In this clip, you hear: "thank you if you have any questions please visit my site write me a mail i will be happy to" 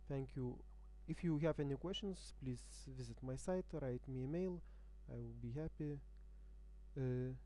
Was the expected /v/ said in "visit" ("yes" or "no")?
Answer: yes